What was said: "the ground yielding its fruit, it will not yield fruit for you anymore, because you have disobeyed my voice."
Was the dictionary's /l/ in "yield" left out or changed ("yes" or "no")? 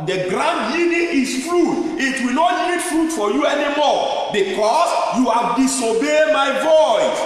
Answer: yes